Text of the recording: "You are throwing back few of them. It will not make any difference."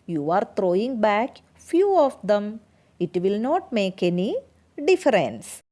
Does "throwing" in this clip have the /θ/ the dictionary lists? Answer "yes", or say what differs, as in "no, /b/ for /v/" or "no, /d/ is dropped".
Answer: no, /t/ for /θ/